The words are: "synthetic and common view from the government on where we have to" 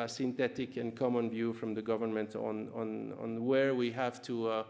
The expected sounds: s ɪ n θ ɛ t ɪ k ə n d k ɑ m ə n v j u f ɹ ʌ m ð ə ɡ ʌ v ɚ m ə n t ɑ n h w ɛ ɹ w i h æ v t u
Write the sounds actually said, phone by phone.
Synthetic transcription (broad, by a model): s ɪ n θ ɛ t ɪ k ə n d k ɑ m ə n v j u f ɹ ʌ m ð ə ɡ ʌ v ɚ m ə n t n n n w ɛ ɹ w i h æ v t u